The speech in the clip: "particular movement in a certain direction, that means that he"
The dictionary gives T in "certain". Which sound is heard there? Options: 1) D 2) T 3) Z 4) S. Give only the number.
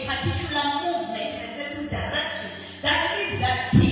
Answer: 4